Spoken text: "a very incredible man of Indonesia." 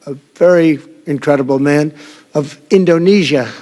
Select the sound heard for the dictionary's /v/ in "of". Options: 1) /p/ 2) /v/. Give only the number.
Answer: 2